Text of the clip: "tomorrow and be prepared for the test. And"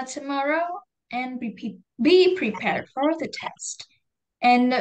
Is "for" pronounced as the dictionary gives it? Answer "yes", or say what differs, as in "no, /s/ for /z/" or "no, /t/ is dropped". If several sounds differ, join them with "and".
yes